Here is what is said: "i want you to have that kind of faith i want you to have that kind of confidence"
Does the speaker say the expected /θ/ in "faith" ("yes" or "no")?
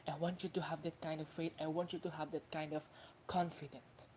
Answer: no